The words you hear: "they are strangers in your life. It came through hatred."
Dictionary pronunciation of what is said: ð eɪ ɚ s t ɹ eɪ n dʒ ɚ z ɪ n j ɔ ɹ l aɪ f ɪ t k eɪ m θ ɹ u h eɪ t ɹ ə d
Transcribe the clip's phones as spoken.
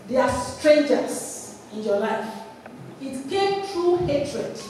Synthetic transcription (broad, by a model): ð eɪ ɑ s t ɹ eɪ n dʒ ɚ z ɪ n j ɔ l aɪ f ɪ t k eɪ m t ɹ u h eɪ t ɹ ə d